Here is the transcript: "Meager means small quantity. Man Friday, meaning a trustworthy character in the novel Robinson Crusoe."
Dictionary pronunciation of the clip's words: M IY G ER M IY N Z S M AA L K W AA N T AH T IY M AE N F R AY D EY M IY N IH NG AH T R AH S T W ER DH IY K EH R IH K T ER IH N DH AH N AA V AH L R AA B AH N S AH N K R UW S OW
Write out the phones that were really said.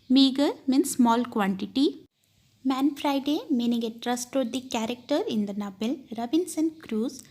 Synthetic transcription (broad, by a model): M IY G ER M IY N S M AA L K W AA N T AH T IY M AE N F R AY D EY M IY N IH NG AH T R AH S T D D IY K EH R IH K T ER IH N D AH N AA B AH L R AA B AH N S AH N K R UW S